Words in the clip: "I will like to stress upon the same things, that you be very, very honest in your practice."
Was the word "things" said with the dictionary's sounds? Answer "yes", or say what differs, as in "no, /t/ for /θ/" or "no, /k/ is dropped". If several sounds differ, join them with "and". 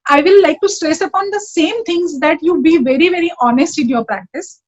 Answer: no, /t/ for /θ/